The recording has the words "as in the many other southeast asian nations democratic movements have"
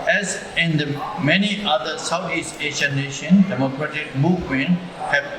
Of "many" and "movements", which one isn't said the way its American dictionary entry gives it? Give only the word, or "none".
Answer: movements